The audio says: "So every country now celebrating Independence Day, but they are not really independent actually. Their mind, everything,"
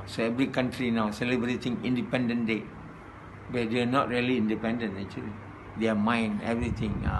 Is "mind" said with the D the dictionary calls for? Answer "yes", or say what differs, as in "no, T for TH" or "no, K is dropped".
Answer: no, D is dropped